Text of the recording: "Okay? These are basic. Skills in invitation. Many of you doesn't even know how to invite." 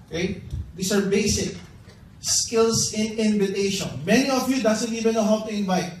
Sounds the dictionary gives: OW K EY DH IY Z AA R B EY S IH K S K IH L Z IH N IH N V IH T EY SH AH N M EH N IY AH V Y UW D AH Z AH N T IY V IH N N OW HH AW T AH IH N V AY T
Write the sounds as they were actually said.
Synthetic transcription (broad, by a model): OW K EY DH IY S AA R B EY S IH K S K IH L S IH N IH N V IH T EY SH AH N M EH N IY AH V Y UW D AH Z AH N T IY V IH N N OW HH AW T AH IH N V AY T